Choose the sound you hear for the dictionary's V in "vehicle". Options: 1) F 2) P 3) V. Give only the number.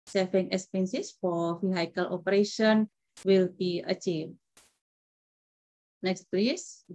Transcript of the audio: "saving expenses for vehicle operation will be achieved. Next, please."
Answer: 1